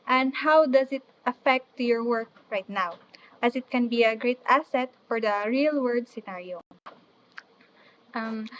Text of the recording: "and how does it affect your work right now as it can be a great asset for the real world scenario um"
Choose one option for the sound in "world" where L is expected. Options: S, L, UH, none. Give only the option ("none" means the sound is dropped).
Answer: none